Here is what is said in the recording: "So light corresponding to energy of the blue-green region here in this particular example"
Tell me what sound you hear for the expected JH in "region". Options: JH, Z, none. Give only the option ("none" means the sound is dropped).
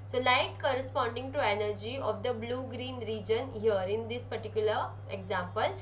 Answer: JH